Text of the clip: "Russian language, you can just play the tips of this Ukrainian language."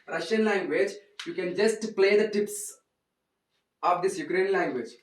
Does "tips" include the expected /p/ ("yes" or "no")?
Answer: yes